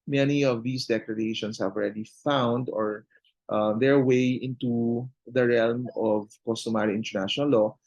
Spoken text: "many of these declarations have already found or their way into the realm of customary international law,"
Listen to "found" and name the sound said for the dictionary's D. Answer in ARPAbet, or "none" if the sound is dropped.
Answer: D